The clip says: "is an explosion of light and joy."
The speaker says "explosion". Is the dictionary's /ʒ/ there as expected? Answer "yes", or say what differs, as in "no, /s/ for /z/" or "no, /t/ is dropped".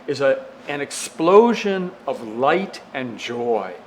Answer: yes